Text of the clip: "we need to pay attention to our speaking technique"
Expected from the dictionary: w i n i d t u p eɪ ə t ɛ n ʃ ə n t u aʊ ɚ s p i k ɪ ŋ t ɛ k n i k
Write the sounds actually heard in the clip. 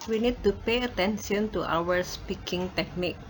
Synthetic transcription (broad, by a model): w i n i d t u p eɪ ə t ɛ n s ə n t u aʊ ɚ s p i k ɪ ŋ t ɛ k n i k